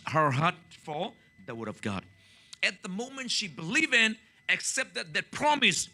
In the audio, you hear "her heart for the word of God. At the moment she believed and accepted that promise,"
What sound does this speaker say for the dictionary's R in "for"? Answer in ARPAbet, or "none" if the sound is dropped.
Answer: L